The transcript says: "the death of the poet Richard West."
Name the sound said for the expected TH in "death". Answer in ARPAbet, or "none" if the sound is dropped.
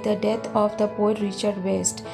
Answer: T